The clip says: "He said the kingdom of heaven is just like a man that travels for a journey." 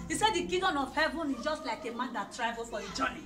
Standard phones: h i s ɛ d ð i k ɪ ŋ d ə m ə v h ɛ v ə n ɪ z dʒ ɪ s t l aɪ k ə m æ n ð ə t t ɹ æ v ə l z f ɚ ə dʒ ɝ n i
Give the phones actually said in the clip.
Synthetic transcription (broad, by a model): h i s ɛ d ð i k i d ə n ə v h ɛ v ə n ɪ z dʒ ɪ s t l aɪ k ə m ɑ n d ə t t ɹ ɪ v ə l f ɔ ə dʒ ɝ n i